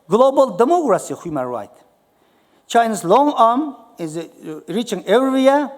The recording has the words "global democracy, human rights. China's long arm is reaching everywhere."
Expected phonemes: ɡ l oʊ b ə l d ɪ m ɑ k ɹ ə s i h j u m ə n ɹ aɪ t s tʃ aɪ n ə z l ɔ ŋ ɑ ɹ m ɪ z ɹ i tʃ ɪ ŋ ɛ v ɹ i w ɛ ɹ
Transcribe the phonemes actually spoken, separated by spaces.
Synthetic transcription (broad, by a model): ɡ l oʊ b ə l d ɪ m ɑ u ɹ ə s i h j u m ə n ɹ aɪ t tʃ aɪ n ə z l ɔ ŋ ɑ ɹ m ɪ z ɹ i tʃ ɪ ŋ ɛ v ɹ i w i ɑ